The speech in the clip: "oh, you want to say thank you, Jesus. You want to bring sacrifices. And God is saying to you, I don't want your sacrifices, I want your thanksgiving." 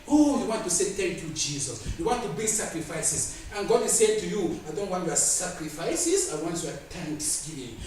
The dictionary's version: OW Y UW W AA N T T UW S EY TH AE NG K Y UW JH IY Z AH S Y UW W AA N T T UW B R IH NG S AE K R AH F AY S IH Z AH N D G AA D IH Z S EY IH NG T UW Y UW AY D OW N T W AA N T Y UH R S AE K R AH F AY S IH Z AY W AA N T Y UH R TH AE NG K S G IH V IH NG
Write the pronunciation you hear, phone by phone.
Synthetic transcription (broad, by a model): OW Y UW W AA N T T UW S EY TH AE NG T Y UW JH IY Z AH S Y UW W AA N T T UW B IH S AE K R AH F AY S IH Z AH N G AA D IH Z S EY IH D T UW Y UW AY D OW N T W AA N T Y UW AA S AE K R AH F AY S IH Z AY W AA N T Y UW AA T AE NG K S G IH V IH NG